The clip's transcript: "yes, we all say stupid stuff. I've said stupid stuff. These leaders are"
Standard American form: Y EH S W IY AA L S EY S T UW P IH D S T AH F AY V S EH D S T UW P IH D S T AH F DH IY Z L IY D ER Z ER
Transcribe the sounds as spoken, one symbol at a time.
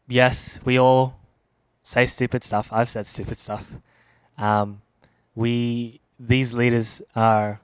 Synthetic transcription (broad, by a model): Y EH S W IY AA L S EY S T UW P IH D S T AH F AY V S EH D S T UW P IH D S T AH F DH IY Z L IY D ER Z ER